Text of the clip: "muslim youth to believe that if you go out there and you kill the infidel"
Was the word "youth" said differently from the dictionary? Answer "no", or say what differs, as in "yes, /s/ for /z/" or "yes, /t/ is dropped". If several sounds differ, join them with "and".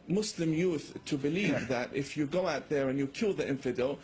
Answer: no